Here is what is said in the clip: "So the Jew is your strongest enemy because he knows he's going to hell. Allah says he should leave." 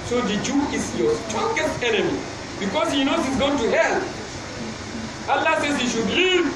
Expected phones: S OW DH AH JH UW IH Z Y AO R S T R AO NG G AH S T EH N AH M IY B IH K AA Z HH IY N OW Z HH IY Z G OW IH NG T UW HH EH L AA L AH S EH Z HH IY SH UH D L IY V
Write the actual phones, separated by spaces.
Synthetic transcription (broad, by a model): S OW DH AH JH UW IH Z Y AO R S T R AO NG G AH S T EH N AH M IY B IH K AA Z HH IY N OW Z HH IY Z G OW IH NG T UW HH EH L AA L AH S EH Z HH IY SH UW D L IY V